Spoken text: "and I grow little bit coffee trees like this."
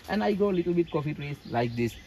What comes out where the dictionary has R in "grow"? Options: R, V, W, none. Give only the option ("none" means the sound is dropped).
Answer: none